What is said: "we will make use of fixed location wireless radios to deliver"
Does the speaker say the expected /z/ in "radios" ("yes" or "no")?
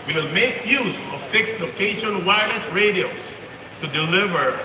no